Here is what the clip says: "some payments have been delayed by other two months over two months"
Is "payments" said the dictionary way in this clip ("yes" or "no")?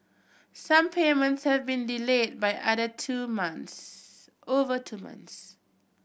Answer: yes